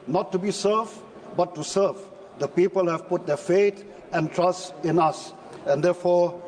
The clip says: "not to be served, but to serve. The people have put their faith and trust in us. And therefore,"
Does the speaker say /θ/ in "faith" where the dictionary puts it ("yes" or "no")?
no